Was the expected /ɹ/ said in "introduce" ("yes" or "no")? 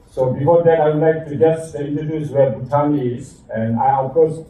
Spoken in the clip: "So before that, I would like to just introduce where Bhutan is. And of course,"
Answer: no